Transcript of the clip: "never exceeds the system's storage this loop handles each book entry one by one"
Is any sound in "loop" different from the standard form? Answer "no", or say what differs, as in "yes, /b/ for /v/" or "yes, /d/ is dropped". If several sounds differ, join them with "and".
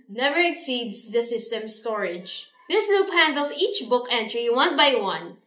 yes, /n/ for /l/